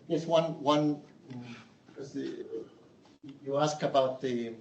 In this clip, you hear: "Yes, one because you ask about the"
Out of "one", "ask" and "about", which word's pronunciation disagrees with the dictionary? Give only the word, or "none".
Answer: none